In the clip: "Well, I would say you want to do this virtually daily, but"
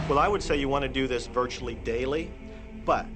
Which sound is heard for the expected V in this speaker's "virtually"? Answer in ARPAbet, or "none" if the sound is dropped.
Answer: V